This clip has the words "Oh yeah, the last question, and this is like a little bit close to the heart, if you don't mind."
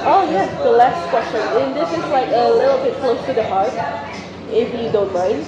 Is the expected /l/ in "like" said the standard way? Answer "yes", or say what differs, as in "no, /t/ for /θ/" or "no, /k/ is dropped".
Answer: yes